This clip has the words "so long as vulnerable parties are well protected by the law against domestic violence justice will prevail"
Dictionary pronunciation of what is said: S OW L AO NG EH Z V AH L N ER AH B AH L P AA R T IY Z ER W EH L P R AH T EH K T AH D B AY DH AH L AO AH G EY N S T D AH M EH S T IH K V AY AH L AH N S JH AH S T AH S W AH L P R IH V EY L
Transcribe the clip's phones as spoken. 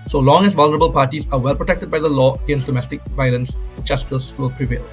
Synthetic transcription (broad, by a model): S OW L AO NG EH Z V AH L N ER AH B AH L P AA R T IY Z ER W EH L P R AH T EH K T AH D B AY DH AH L AO AH G EY N S T D AH M EH S T IH K V AY AH L AH N S CH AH S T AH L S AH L P R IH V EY L